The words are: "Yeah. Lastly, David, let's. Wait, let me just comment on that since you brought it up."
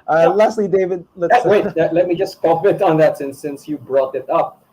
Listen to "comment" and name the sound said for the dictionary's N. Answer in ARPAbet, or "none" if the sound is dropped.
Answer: none